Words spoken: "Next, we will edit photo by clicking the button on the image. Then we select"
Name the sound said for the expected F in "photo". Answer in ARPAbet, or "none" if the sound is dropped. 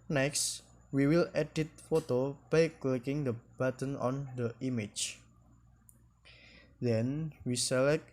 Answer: F